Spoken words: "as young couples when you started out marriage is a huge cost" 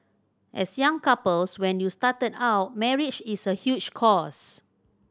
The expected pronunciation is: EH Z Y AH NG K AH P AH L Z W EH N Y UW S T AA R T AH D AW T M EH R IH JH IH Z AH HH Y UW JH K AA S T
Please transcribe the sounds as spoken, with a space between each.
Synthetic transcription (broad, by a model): EH S Y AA NG K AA P AH L S W EH N Y UW S T AA T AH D AW T M EH R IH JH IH S AH HH Y UW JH K AA S